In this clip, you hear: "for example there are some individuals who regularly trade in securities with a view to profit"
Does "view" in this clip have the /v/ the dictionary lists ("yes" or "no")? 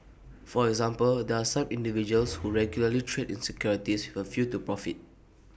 no